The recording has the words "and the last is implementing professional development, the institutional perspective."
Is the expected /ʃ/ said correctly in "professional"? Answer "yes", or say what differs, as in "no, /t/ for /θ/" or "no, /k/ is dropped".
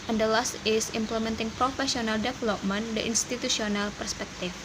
no, /s/ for /ʃ/